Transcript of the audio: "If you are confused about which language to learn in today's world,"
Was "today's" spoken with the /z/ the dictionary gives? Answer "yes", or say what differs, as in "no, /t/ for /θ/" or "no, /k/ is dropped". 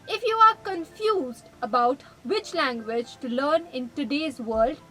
yes